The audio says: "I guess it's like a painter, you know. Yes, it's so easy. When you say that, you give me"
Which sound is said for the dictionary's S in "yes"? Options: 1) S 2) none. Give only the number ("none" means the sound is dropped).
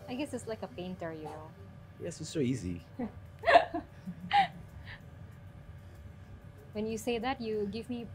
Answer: 1